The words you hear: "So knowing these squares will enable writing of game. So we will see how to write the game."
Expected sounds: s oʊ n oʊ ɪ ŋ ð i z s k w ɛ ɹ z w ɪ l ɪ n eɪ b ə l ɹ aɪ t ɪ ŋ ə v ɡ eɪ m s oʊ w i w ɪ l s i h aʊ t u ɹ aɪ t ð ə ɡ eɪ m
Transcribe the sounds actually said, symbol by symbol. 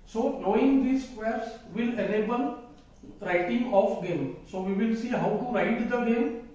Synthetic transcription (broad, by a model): s oʊ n oʊ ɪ ŋ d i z s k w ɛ ɹ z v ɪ l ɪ l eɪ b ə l ɹ aɪ t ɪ ŋ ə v ɡ eɪ m s oʊ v i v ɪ l s i h aʊ t u ɹ aɪ t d ə ɡ eɪ m